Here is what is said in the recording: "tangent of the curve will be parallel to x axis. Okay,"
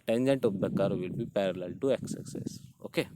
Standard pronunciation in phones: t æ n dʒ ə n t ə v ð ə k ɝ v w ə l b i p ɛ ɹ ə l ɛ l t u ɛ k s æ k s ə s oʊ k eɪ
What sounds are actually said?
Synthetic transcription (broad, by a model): t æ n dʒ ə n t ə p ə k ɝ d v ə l b i p ɛ ɹ ə l ɛ l t u ɛ k s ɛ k s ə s oʊ k eɪ